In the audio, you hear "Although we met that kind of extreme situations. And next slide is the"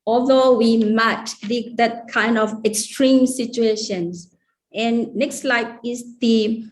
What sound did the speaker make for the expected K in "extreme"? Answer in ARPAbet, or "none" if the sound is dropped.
K